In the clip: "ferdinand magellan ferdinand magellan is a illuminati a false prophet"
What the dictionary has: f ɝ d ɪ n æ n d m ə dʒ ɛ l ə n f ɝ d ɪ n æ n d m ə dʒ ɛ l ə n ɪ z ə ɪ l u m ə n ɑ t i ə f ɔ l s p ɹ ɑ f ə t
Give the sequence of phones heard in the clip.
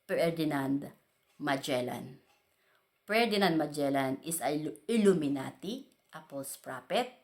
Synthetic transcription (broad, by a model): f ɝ d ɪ n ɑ n d m ə dʒ ɛ l ə n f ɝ d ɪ n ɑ n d m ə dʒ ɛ l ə n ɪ s ə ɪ l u m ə n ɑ t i ə p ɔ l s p ɹ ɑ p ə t